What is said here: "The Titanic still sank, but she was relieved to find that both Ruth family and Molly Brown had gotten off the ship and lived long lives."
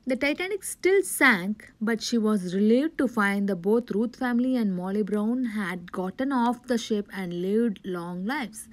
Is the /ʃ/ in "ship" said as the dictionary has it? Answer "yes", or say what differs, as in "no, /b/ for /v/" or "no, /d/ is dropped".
yes